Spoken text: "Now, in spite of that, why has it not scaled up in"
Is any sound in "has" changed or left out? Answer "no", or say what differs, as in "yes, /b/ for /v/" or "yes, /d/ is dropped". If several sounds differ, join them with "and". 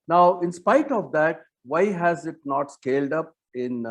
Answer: no